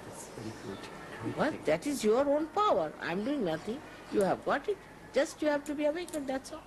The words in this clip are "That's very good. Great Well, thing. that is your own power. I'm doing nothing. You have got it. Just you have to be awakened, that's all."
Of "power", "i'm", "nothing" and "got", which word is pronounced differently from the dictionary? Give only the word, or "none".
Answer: nothing